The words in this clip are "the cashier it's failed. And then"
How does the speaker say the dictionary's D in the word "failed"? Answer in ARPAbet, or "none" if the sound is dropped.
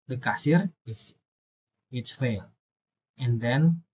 none